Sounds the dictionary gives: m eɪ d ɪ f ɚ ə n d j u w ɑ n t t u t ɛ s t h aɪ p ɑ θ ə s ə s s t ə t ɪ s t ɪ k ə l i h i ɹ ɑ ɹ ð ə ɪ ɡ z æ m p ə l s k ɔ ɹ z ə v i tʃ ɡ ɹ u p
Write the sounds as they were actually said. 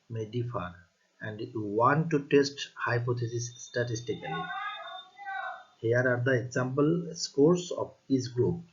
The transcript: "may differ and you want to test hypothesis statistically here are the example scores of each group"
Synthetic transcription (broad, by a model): m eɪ d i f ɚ ə n d j u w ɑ n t t u t ɛ s t h aɪ p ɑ t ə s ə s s t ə t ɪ s t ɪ k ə l i h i ɹ ɑ ɹ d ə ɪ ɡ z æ m p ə l s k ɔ ɹ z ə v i s ɡ ɹ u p